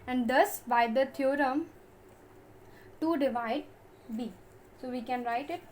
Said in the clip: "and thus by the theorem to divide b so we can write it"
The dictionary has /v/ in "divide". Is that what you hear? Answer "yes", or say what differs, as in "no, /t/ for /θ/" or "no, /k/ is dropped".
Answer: yes